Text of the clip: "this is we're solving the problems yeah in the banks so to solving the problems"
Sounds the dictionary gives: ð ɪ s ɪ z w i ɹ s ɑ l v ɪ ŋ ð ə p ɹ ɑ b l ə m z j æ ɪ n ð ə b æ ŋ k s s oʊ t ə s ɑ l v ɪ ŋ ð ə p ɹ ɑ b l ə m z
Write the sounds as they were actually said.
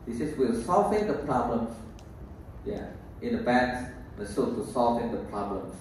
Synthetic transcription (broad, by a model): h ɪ s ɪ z w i l s ɑ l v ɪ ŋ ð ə p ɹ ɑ b l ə m s j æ ɪ n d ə b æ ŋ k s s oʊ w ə s ɑ l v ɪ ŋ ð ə p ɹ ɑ b l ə m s